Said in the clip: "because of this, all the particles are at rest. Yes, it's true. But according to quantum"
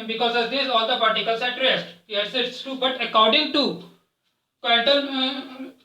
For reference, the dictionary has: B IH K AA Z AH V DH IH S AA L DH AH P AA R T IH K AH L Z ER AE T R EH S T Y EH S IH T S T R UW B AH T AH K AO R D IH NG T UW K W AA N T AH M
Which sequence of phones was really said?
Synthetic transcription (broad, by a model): B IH K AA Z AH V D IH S AA L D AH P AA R T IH K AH L S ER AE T R EH S T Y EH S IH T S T UW B AH T AH K AO R D IH NG T UW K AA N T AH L